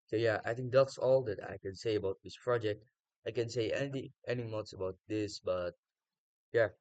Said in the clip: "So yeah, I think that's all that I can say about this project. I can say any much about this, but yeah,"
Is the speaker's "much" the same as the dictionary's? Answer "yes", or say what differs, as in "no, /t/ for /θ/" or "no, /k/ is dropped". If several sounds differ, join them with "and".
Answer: no, /s/ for /tʃ/